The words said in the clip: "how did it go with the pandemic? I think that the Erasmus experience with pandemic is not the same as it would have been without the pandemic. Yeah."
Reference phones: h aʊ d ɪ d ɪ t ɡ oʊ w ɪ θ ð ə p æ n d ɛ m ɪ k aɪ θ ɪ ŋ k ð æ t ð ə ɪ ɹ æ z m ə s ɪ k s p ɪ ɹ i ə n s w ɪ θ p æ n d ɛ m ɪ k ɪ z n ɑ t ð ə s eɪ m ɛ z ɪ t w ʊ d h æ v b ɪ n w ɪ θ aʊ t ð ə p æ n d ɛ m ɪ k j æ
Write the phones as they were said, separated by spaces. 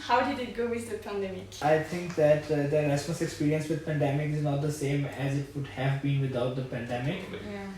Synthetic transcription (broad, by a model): h aʊ d ɪ d ɪ t ɡ oʊ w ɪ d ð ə p æ n d ɛ m ɪ k aɪ t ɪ ŋ k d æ t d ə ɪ ɹ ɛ s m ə s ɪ k s p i ɹ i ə n s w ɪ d p æ n d ɛ m ɪ k ɪ z n ɑ t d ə s eɪ m ɛ z ɪ t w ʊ d h æ v b ɪ n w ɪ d aʊ t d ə p æ n d ɛ m ɪ k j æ